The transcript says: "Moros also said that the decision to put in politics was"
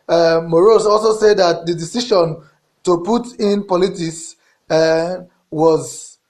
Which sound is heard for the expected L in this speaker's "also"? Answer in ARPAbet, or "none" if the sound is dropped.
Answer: L